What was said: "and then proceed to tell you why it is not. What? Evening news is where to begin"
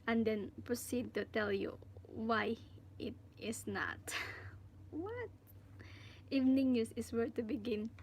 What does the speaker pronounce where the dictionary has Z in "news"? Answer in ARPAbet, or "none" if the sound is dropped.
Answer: S